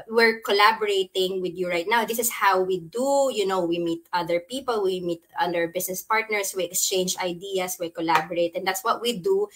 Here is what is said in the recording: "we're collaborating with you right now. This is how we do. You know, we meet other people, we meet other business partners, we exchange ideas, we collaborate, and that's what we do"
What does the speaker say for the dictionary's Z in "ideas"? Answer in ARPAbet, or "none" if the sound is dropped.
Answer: S